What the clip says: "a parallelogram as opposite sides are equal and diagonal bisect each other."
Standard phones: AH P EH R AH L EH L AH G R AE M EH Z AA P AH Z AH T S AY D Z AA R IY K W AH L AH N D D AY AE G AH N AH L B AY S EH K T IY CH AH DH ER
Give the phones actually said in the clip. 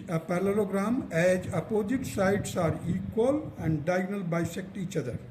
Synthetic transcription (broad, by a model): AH P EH R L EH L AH G R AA M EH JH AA P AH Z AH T S AY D S AA R IY K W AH L AH N D D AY G N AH L B AY S EH K T IY CH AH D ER